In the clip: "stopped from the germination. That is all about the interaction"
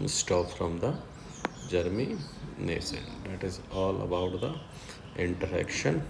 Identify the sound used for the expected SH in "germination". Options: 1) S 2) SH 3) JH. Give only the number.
1